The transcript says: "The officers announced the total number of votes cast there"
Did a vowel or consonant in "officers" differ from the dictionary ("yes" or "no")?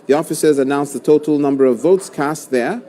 no